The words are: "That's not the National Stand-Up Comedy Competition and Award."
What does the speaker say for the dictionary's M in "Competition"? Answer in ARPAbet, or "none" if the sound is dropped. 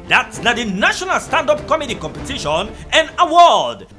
M